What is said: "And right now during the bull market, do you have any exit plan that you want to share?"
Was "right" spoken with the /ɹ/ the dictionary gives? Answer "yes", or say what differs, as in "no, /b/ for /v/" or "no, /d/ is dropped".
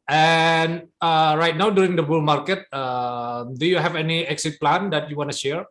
yes